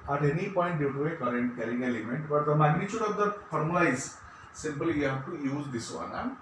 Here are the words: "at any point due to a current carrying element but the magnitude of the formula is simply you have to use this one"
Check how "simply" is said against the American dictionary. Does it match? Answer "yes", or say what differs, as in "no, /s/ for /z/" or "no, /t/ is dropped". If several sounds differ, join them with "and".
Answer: no, /l/ is dropped